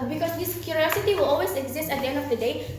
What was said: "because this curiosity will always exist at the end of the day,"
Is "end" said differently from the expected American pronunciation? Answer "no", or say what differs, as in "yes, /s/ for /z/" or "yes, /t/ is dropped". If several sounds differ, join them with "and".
no